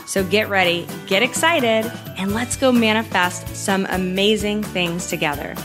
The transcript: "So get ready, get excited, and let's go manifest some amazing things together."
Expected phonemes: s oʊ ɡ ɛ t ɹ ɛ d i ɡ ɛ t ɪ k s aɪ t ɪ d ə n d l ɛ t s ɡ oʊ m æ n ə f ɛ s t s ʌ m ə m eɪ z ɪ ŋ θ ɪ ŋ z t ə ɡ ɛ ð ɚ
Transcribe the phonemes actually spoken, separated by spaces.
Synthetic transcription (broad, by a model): s oʊ ɡ ɛ t ɹ ɛ d i ɡ ɛ t ɪ k s aɪ t ɪ d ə n l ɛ t s ɡ oʊ m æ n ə f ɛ s t s ʌ m ə m eɪ z ɪ ŋ θ ɪ ŋ z t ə ɡ ɛ ð ɚ